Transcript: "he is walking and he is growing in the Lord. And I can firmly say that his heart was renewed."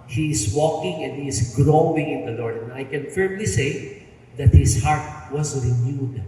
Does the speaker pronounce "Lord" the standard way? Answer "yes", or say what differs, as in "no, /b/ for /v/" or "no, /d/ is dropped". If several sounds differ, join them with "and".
yes